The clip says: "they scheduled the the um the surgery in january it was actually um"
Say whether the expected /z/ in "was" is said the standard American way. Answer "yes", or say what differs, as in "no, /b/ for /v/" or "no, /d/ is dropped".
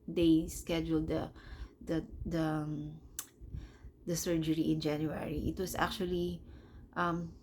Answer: no, /s/ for /z/